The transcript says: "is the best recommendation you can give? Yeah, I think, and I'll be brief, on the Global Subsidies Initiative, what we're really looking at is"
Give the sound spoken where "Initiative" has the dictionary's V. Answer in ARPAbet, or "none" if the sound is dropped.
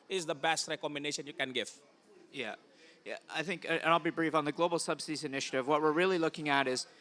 V